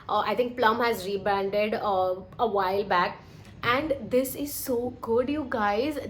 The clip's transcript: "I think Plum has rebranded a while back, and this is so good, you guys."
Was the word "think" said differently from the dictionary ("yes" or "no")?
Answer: yes